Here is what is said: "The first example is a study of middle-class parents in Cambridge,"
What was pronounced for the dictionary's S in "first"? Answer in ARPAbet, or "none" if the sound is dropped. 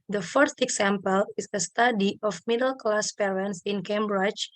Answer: none